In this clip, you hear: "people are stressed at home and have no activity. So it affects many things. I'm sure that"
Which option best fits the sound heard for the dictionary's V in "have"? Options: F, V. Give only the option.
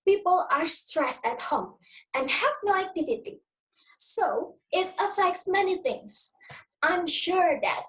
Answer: V